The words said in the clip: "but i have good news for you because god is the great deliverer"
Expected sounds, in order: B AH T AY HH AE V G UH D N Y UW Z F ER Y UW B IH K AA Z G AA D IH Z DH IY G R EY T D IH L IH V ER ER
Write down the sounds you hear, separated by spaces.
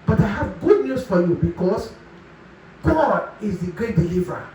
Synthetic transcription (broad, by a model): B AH T AY HH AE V G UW D N Y UW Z F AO Y UW B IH K AA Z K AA IH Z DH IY G R EY T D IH L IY V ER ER